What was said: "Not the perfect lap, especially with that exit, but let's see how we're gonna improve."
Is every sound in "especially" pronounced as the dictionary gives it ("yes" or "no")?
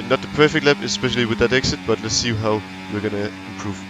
yes